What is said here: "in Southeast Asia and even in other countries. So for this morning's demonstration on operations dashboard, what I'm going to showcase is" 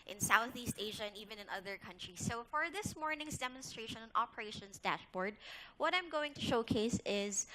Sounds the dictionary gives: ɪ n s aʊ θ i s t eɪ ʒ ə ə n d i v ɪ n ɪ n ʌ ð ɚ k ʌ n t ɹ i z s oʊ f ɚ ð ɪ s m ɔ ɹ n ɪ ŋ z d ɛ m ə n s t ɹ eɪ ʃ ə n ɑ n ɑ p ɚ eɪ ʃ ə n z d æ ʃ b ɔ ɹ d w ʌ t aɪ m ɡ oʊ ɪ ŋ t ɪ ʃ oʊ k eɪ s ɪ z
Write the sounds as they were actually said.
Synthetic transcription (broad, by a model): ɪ n s aʊ θ i s t eɪ ʒ ə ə n i v ɪ n ɪ n ʌ ð ɚ k ʌ n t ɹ i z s oʊ f ɚ ð ɪ s m ɔ ɹ n ɪ ŋ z d ɛ m ə n s t ɹ eɪ ʃ ə n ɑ n ɑ p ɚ eɪ ʃ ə n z d æ ʃ b ɔ ɹ d w ʌ t aɪ m ɡ oʊ ɪ ŋ t ɪ ʃ oʊ k eɪ s ɪ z